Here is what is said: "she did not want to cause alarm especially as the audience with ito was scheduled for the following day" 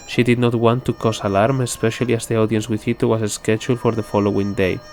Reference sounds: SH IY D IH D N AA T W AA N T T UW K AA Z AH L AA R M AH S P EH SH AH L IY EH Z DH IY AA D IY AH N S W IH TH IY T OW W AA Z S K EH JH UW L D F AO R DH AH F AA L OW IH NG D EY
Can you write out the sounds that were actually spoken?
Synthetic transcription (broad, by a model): SH IY D IH D N AA T W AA N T T UW K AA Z AH L AA R M AH S P EH SH AH L IY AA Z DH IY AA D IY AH N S W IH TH IY T OW W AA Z S K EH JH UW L F AO R DH AH F AA L OW IH NG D EY